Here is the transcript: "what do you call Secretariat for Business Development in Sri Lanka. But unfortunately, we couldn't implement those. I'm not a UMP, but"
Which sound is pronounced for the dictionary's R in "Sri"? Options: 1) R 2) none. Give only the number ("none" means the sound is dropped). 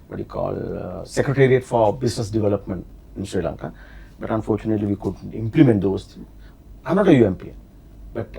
1